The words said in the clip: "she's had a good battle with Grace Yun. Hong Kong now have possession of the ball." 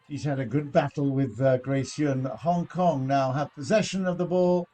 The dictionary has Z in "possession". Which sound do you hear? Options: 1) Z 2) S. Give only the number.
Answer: 1